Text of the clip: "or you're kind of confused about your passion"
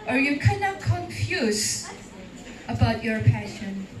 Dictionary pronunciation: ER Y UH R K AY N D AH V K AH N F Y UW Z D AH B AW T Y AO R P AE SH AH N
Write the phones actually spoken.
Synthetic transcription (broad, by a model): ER Y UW K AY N AH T K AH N F Y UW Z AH B AW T Y AO R P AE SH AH N